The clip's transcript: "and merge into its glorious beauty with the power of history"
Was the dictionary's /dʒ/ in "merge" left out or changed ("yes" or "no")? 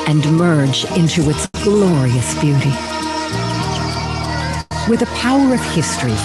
no